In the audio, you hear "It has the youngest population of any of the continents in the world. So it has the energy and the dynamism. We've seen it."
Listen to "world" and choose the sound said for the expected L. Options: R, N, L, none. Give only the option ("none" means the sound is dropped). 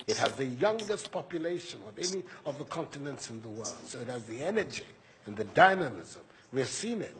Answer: L